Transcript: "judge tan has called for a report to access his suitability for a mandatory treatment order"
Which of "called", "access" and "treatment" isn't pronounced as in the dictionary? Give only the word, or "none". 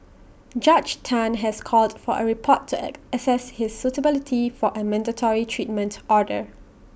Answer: access